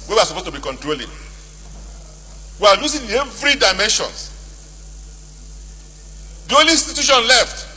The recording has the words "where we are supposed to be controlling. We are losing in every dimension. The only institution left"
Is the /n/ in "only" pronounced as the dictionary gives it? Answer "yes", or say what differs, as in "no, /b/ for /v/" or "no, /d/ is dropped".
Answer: no, /n/ is dropped